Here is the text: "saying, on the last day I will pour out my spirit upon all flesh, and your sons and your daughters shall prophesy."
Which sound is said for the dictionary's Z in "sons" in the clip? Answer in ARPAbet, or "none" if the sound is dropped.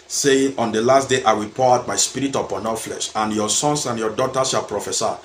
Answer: S